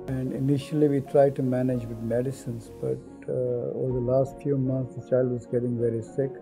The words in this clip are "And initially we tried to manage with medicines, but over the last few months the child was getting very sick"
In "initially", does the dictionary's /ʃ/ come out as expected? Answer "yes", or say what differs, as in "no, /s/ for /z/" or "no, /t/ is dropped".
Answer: yes